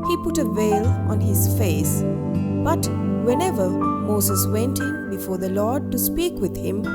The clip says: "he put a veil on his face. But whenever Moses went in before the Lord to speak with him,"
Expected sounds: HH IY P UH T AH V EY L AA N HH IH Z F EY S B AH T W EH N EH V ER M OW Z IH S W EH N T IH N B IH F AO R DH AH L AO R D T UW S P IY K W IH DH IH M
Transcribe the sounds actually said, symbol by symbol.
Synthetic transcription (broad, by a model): HH IY P UH T AH V EY L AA N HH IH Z F EY S B AH T W EH N EH V ER M OW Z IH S W EH N T IH N B IH F AO R DH AH L AO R D T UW S P IY K W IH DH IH M